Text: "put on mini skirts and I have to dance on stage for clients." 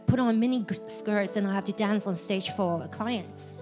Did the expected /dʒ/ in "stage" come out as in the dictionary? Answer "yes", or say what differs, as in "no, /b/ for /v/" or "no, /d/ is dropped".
no, /ʒ/ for /dʒ/